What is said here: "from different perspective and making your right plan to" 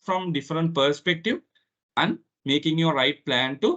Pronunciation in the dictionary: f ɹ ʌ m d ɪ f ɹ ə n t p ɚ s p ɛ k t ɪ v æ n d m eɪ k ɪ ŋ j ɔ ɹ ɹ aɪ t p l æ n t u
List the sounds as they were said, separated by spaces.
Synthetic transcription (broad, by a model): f ɹ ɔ m d ɪ f ɹ ə n t p ɚ s p ɛ k t ɪ v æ n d m eɪ k ɪ ŋ j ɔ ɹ ɹ aɪ t p l æ n t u